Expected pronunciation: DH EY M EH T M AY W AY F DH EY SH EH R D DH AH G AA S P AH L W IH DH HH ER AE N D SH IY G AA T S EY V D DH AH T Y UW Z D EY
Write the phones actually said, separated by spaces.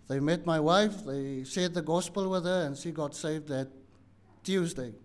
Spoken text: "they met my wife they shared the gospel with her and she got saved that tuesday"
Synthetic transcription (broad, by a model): DH EY M EH T M AY W AY F DH EY S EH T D DH AH G AA S P AH L W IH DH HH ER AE N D SH IY G AA T S EY V D DH AH T Y UW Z D EY